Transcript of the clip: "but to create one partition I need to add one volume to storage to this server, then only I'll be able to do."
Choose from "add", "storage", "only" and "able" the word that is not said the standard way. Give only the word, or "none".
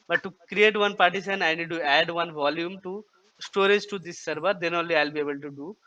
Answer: none